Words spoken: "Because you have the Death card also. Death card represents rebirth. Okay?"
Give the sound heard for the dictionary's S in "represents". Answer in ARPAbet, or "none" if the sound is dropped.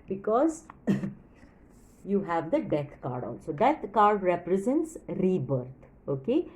S